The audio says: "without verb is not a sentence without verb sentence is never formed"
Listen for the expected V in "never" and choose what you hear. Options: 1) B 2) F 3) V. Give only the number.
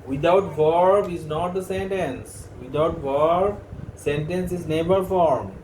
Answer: 1